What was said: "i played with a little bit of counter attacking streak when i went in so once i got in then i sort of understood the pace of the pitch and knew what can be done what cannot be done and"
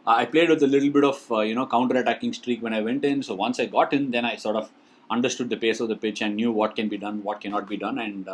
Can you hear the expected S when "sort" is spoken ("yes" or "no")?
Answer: yes